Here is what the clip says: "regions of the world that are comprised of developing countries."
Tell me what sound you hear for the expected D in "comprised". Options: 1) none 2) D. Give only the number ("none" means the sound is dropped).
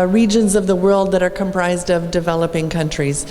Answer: 2